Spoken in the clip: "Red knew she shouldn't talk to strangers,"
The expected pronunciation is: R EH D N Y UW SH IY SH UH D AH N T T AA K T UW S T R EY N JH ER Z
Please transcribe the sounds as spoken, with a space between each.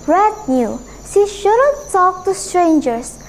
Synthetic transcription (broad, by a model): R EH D N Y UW S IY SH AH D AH T S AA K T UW S T R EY N JH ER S